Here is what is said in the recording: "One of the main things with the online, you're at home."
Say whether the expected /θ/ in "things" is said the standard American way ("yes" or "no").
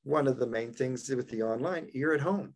yes